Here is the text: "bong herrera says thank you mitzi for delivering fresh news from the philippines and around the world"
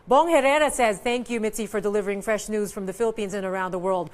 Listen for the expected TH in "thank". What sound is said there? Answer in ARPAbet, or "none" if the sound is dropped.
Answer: TH